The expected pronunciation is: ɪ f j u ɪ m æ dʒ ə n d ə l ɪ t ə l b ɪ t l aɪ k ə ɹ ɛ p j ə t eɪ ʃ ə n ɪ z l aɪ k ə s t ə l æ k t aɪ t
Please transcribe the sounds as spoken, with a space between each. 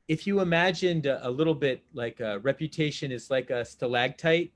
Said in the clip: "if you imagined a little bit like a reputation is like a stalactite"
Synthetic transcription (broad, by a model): ɪ f j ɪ ɪ m æ dʒ ə n d ə l ɪ t l b ɪ t l aɪ k ə ɹ ɛ p j ə t eɪ ʃ ə n ɪ z l aɪ k ə s t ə l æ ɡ t aɪ t